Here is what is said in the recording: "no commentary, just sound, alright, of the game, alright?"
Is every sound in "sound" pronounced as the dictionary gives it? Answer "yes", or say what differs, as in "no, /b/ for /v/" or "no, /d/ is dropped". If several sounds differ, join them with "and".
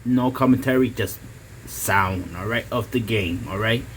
yes